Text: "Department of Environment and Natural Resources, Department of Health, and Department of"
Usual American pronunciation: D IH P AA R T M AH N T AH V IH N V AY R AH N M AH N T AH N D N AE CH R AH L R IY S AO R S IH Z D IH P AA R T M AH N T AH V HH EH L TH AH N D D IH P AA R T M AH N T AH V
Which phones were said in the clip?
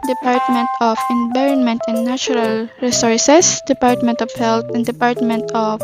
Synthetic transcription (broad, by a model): D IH P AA R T M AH N T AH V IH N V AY R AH N M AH N T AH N N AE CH R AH L R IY S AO R S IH S D IH P AA R T M AH N T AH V HH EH L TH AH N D D IH P AA R T M AH N T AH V